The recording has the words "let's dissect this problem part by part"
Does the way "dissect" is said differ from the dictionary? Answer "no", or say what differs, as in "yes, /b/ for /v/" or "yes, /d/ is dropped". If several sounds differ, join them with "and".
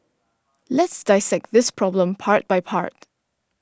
no